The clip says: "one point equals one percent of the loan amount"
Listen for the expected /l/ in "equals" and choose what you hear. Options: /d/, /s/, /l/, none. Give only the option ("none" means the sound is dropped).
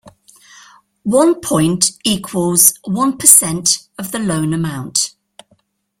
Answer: /l/